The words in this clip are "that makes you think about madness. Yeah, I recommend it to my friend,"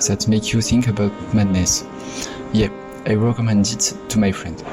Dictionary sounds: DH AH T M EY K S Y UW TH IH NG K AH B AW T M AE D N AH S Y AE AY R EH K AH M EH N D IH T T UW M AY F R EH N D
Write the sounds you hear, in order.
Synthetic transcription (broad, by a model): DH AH T M EY K Y UW TH IH NG K AH B AW T M AE D N AH S Y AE AY R EH K AH M EH N D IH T T UW M AY F R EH N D